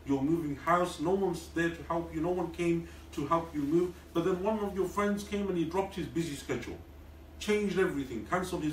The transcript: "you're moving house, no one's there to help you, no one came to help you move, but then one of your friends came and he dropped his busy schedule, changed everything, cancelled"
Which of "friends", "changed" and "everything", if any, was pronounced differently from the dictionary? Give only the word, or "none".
none